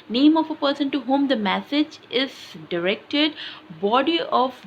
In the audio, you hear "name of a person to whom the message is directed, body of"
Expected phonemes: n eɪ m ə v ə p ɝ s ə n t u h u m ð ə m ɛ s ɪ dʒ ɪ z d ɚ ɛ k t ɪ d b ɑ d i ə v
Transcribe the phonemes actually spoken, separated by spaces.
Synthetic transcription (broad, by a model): n eɪ m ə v ə p ɝ s ə n t u h u m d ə m ɛ s ɪ dʒ ɪ z d ɚ ɛ k t ɪ d b ɑ d i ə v